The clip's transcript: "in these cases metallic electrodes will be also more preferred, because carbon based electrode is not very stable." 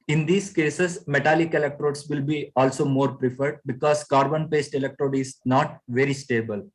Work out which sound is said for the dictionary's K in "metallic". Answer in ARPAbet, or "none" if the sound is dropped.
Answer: K